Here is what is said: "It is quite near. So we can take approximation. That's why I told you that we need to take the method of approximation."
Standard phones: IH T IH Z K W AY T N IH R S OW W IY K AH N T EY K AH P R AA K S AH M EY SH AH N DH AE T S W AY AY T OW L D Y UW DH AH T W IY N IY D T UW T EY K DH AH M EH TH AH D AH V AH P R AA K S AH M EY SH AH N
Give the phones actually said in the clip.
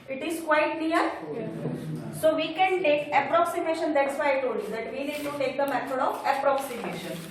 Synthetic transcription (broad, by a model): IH T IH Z K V AY T L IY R S OW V IY K AH N T EY K AH P R AA K S AH M EY SH AH N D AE T S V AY AY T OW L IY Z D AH T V IY N IY D T UW T EY K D AH M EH T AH D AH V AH P R AA K S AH M EY SH AH N